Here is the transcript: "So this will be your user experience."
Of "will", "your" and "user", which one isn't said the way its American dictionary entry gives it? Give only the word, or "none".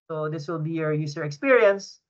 user